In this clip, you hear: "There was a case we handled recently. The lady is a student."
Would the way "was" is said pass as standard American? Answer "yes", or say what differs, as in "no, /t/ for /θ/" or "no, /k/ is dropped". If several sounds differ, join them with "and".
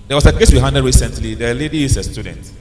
no, /s/ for /z/